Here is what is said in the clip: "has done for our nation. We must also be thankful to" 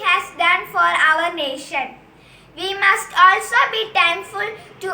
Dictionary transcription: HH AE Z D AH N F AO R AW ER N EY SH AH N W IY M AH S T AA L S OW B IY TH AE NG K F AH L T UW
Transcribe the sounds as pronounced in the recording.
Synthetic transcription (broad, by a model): HH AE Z D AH N F AO R AW ER N EY SH AH N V IY M AH S T AA L S OW B IY T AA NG F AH L T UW